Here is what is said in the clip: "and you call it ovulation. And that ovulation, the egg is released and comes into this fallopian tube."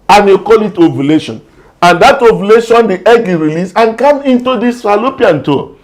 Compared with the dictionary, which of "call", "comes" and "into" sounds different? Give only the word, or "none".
comes